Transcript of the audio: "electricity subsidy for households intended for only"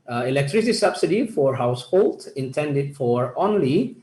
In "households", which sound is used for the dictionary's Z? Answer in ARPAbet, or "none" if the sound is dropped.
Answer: none